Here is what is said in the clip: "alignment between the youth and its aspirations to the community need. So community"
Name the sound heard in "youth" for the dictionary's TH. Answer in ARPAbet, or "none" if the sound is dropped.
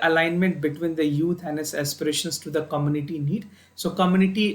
T